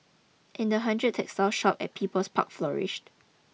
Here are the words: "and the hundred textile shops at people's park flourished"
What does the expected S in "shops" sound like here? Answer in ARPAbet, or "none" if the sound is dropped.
none